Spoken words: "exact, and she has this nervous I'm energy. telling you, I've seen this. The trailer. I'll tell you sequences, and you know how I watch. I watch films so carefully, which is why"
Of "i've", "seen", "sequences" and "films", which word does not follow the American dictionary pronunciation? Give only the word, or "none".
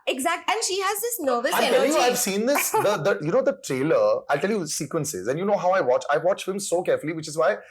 films